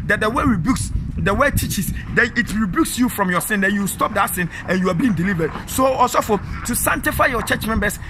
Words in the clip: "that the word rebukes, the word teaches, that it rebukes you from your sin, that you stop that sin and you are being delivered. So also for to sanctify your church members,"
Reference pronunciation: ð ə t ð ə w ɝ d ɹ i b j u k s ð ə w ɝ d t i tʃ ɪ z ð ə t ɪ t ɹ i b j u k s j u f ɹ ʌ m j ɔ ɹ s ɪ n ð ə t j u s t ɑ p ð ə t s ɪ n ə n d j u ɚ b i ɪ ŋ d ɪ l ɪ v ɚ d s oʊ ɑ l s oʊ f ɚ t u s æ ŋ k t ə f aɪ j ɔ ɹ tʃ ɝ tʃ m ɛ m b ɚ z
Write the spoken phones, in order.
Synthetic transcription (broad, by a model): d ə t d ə w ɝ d ɹ i b j u k s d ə w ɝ t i tʃ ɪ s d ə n ɪ t ɹ i b j u k s j u f ɹ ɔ m j ɔ s ɪ n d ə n j u s t ɑ p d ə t s ɪ n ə n j u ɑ b i ɪ ŋ d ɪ l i v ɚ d s oʊ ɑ s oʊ f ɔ t u s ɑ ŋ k t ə f aɪ j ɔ tʃ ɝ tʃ m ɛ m b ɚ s